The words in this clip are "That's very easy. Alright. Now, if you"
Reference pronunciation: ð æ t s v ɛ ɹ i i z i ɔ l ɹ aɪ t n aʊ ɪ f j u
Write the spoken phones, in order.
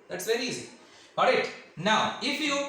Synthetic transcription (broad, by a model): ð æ t s v ɛ ɹ i i z i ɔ ɹ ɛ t n aʊ ɪ f j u